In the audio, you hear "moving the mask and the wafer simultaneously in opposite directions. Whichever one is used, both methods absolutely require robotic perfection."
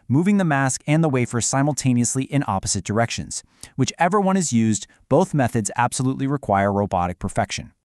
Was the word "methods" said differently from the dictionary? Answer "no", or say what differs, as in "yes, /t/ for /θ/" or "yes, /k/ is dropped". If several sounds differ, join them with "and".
no